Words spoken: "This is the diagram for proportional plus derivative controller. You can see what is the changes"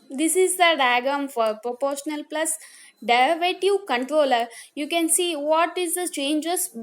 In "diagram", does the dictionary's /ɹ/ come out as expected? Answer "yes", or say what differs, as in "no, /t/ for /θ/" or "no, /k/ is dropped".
no, /ɹ/ is dropped